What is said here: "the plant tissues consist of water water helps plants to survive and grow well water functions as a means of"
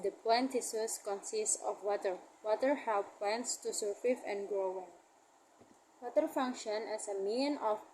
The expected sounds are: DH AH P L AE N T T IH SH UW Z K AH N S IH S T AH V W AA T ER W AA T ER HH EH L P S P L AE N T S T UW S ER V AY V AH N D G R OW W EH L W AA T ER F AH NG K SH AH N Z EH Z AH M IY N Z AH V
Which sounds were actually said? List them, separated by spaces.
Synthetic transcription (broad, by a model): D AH P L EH N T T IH S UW S K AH N S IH S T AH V W AA T ER W AA T ER HH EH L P P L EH N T S T UW S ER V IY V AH N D G R OW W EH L W AA T ER F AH NG K SH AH N EH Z AH M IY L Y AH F